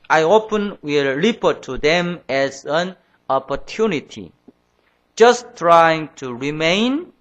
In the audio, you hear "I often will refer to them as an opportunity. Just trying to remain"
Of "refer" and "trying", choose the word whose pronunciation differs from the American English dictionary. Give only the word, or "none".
refer